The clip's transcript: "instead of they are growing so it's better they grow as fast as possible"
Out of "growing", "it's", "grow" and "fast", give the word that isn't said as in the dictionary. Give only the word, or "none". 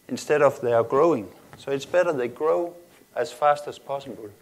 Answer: none